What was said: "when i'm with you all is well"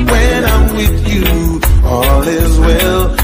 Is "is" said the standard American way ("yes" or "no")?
yes